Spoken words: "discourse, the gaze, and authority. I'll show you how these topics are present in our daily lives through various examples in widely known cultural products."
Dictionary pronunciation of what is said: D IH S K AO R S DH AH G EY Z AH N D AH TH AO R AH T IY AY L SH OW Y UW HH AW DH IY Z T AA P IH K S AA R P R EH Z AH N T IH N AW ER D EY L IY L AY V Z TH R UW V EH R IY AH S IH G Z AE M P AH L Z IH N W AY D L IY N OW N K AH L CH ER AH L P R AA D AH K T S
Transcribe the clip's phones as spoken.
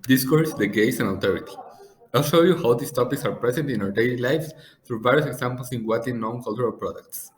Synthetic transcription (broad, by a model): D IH S K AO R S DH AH G EY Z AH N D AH T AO R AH T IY AY L SH OW Y UW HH AW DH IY S T AA P IH K S AA R P R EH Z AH N T IH N AW ER D EY L IY L AY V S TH R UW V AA R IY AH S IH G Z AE M P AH L S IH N W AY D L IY N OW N K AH L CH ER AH L P R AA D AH K T S